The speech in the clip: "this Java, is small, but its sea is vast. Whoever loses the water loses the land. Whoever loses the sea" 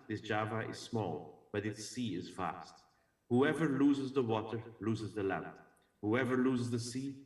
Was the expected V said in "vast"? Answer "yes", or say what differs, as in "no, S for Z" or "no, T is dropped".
no, F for V